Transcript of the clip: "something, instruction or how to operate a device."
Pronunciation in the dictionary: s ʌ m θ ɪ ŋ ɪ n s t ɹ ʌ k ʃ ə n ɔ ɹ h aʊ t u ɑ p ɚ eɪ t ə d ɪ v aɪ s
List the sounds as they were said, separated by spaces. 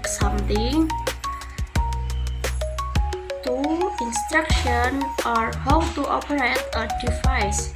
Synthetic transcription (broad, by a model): s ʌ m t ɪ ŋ ɪ n s t ɹ ʌ k ʃ ə n ɔ ɹ h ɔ t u ɑ p ɚ eɪ t ə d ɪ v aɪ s